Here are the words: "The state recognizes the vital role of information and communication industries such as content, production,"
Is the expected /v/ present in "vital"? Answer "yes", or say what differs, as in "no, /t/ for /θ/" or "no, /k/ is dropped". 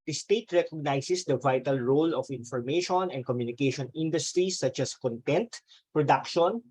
yes